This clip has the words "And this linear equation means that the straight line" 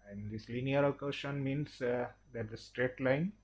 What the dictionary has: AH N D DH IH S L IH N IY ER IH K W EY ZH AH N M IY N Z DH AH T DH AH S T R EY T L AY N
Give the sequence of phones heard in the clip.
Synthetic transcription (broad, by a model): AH N D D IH S L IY N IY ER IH K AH SH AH N M IY N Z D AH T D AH S T R EY T L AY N